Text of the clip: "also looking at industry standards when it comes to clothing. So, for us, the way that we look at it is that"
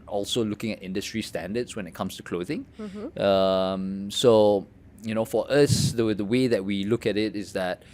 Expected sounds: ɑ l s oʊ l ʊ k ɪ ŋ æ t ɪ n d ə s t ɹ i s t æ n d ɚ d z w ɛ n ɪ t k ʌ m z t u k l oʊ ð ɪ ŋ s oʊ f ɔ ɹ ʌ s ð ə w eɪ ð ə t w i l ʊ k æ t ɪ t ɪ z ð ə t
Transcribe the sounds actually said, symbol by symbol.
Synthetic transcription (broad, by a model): ɑ l s oʊ l ʊ k ɪ ŋ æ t ɪ n d ə s t ɹ i s t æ n d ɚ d s w ɛ n ɪ t k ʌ m s t u k l oʊ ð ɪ ŋ s oʊ f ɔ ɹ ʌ s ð ə w eɪ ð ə t w i l ʊ k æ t ɪ t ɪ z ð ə t